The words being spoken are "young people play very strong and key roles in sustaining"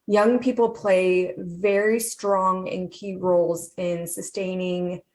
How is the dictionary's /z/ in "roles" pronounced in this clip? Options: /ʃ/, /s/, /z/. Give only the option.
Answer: /z/